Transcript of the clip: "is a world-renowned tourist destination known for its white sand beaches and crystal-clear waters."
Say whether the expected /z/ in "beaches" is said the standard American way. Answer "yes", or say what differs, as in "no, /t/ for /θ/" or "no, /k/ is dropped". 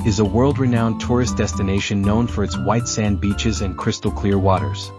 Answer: yes